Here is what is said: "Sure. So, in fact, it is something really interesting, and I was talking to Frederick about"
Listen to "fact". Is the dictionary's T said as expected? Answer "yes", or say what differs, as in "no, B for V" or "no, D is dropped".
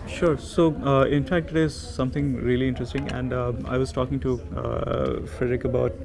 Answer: yes